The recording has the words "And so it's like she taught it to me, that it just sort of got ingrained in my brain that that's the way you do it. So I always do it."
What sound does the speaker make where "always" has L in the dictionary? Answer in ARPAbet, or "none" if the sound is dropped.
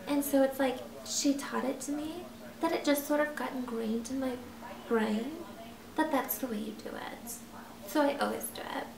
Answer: L